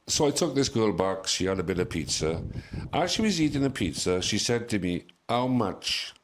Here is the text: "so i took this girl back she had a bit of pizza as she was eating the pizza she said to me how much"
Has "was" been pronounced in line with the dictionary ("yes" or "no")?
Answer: yes